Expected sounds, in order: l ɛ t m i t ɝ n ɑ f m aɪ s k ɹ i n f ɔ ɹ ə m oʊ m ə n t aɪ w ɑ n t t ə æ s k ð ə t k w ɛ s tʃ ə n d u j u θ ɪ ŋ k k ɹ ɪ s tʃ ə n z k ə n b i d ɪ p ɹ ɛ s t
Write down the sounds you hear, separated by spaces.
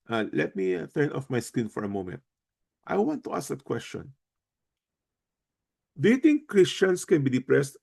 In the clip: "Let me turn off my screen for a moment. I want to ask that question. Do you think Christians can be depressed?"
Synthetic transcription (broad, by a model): l ɛ t m i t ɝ n ɑ f m aɪ s k i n f ɔ ɹ ə m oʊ m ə n t aɪ w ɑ n t t ə s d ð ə t k w ɛ s tʃ ə n d u j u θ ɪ ŋ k k ɹ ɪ s tʃ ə n s k ə n b i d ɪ p ɹ ɛ s t